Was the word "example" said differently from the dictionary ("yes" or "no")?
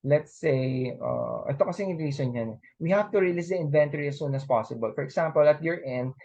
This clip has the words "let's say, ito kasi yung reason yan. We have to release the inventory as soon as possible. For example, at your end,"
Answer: yes